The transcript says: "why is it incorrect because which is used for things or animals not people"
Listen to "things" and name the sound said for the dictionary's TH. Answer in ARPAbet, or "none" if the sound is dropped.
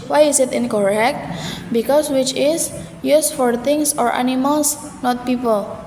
T